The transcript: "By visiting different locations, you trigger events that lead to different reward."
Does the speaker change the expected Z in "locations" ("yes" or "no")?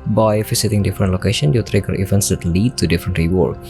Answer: yes